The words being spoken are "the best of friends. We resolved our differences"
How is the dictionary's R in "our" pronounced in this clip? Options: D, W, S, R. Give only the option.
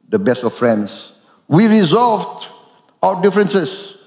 W